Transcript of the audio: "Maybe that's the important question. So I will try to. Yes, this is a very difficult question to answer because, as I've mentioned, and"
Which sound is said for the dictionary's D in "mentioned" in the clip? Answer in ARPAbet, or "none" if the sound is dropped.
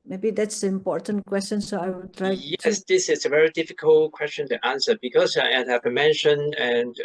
none